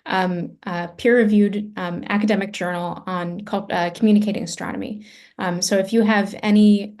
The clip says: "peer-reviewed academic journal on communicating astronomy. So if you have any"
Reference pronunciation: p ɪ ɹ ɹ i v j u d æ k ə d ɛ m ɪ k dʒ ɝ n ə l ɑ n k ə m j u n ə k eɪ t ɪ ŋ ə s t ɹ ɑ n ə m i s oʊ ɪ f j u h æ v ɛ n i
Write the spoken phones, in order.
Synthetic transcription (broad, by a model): p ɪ ɹ ɹ i v j u d æ k ə d ɛ m ɪ k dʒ ɝ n l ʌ n k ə m j u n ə k eɪ t ɪ ŋ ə s t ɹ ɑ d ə m i s oʊ ɪ f j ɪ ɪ v ɛ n i